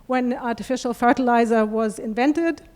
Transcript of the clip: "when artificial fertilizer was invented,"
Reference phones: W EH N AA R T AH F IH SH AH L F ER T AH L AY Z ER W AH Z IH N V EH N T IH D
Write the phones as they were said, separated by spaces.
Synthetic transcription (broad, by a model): W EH N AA R T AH F IH SH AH L F ER T AH L AY Z ER W AH Z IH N V EH N T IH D